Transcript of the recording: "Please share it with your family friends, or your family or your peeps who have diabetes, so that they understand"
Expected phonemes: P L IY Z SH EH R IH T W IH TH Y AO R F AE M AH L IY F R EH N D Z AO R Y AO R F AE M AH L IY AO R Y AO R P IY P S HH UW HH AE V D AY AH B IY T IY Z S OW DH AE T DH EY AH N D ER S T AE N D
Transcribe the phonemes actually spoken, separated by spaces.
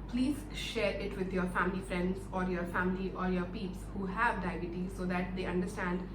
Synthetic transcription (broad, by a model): P L IY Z SH EH R IH T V IH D Y AO R F AE M AH L IY F R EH N D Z AO R Y AO R F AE M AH L IY AO R Y AO R P IY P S HH UW HH AE V D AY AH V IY T IY S OW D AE T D EY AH N D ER S T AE N D